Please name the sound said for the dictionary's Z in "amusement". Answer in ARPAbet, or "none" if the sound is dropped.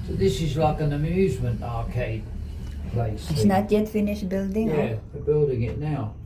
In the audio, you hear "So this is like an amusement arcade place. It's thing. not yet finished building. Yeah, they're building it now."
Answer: Z